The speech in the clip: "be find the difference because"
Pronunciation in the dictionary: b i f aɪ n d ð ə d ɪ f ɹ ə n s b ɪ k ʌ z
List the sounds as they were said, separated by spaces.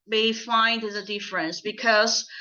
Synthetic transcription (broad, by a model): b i f aɪ n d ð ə d ɪ f ɹ ə n s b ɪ k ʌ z